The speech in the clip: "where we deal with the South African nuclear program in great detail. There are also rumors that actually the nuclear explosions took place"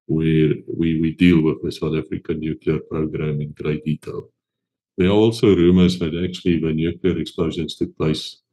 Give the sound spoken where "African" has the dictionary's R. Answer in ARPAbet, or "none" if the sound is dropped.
R